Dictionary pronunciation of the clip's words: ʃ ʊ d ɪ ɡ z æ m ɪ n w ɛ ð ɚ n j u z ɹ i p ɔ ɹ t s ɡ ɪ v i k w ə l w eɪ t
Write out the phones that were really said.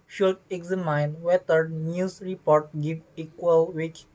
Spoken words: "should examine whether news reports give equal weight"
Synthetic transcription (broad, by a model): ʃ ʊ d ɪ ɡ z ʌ m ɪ n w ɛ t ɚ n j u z ɹ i p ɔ ɹ t ɡ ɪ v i k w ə l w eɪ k